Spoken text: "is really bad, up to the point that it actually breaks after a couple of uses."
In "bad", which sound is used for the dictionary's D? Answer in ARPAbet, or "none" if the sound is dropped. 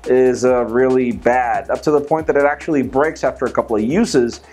D